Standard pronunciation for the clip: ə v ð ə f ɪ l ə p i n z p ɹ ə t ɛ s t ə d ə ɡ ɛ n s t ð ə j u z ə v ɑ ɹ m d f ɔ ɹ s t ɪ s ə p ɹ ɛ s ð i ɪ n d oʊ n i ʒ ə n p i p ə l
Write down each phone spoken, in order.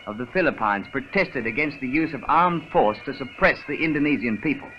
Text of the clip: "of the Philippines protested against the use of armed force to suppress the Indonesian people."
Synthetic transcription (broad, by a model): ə v ð ə f ɪ l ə p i n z p ɹ ə t ɛ s t ə d ə ɡ ɛ n s t ð ə j u z ə v ɑ ɹ m d f ɔ ɹ s t ɪ s ə p ɹ ɛ s ð i ɪ n d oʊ n i z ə n p i p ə l